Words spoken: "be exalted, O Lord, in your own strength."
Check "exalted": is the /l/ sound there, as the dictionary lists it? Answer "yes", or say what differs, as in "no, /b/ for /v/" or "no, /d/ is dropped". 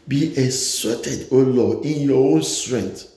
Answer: no, /l/ is dropped